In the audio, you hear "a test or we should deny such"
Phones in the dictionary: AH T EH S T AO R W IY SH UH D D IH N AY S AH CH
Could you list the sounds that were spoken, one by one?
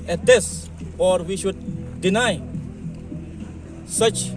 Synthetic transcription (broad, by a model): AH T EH S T AO R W IY SH UH D D IH N AY S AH CH